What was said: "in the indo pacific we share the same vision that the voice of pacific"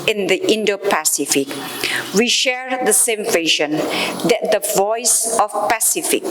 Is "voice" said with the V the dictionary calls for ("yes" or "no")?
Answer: yes